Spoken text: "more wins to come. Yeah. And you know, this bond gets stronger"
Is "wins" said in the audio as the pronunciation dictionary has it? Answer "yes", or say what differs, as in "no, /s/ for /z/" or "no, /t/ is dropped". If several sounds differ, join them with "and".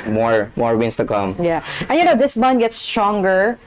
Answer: no, /s/ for /z/